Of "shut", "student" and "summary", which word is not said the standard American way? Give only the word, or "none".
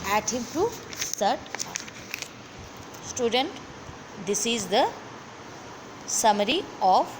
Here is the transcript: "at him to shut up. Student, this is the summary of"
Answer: shut